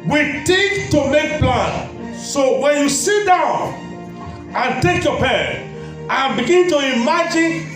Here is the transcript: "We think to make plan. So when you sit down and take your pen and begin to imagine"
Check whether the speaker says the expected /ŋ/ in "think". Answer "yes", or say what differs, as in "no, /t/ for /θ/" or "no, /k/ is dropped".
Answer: no, /ŋ/ is dropped